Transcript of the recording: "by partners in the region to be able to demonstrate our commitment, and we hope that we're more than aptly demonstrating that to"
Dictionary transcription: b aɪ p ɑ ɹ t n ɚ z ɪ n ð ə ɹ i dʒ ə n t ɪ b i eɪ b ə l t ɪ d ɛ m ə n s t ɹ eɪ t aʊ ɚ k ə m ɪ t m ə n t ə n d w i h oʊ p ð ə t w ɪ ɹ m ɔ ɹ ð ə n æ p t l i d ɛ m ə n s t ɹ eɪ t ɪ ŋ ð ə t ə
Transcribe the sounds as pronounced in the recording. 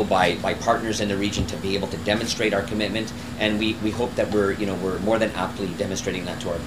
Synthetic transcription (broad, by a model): b aɪ p ɑ ɹ t n ɚ z ɪ n ð ə ɹ i dʒ ə n t ɪ b i eɪ b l t ɪ d ɛ m ə n s t ɹ eɪ t aʊ ɚ k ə m ɪ t m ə n t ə n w w i h oʊ p ð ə t w ɪ ɹ m ɔ ɹ ð ə n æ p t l i d ɛ m ə n s t ɹ eɪ t ɪ ŋ ð ə t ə